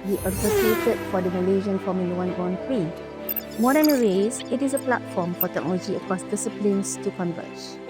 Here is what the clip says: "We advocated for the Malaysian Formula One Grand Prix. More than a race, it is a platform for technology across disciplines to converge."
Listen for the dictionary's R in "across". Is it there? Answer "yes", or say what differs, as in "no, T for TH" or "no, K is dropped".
yes